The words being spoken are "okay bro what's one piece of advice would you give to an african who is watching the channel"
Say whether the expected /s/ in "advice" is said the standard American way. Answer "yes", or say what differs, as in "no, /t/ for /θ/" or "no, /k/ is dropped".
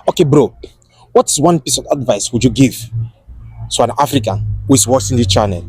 yes